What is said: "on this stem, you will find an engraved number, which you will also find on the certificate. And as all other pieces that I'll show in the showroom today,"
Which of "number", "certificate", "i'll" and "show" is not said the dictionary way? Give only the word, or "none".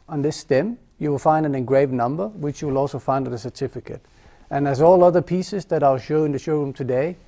none